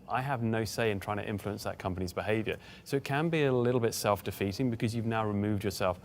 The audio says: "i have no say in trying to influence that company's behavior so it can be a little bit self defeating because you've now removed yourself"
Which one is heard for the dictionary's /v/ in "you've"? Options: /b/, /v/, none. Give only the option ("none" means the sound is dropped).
/v/